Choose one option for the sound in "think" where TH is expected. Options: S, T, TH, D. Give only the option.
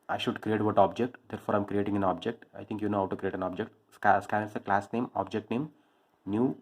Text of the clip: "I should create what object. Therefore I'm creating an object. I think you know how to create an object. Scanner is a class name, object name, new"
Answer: T